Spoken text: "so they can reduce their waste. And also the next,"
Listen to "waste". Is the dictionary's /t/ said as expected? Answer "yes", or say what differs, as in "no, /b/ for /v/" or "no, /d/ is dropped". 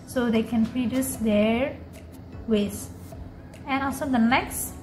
no, /t/ is dropped